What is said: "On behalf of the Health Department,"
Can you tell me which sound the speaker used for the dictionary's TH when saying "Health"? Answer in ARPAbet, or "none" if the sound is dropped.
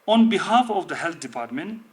T